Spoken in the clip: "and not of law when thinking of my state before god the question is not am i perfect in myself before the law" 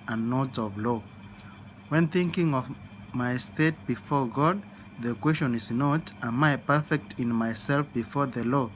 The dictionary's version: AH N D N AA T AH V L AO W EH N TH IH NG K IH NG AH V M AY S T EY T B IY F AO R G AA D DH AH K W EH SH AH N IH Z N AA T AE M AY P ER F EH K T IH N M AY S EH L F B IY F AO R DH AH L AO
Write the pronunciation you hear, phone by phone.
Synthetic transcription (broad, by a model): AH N N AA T AH V L AO W EH N TH IH NG K IH NG AH V M AY S T EY T B IY F AO R G AA D DH AH K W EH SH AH N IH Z N AA T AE M AY P ER F EH K T IH N M AY S EH L F B IY F AO R DH AH L AO